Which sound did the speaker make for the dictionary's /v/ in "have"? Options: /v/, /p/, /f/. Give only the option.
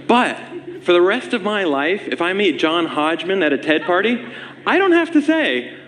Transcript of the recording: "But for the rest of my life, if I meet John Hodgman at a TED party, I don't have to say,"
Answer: /f/